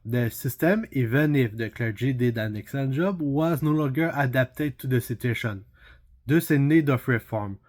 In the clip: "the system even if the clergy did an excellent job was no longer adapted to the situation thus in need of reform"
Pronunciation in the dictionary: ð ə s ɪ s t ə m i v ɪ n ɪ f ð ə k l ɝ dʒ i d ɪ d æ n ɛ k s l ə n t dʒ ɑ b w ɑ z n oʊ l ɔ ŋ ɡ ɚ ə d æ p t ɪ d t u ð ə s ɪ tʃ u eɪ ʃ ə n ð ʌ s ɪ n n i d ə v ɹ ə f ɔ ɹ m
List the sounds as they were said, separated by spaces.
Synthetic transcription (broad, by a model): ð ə s ɪ s t ə m i v ɪ n ɪ f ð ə k l ɝ dʒ i d ɪ d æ n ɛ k s ə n dʒ ɑ b w ɑ z n oʊ l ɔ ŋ ɡ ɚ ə d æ p t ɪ d t u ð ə s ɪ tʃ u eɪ ʃ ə n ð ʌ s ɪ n n i d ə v ɹ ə f ɔ ɹ m